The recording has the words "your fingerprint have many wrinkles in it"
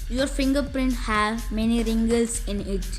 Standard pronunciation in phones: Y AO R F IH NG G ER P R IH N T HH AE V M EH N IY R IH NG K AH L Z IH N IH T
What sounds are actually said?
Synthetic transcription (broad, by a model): Y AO R F IH NG G ER P R IH N T HH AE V M EH N IY R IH NG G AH L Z IH N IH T